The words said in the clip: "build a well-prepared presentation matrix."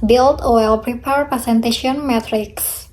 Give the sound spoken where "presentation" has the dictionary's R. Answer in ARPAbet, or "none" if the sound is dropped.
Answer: none